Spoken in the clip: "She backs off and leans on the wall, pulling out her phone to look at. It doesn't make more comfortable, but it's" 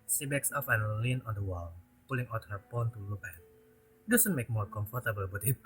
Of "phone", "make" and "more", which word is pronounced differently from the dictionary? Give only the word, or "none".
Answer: phone